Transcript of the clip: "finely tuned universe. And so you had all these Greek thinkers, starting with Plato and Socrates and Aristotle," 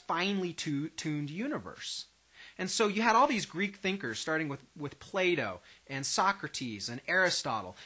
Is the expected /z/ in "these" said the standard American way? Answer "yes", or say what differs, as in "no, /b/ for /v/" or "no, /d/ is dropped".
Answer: yes